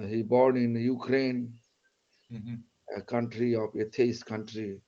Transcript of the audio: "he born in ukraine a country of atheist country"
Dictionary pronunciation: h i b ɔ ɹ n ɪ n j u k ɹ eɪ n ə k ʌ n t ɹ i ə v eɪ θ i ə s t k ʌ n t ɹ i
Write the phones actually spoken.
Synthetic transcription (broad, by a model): h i b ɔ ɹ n ɪ n j u k ɹ eɪ n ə k ʌ n t ɹ i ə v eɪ t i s k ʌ n t ɹ i